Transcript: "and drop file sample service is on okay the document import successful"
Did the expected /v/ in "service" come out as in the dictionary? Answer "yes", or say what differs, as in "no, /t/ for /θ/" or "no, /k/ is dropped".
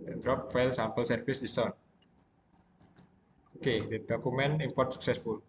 no, /f/ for /v/